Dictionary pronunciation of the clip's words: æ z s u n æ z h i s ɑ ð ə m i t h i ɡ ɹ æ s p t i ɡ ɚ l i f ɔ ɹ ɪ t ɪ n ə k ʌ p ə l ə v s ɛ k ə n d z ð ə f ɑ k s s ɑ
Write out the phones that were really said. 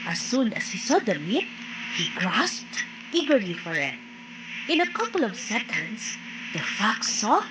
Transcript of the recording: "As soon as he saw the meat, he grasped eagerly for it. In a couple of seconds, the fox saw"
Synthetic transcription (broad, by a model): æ s u n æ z h i s ɑ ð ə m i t h i ɡ ɹ æ s p t i ɡ ɚ l i f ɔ ɹ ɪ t ɪ n ə k ʌ p ə l ə v s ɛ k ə n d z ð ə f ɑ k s s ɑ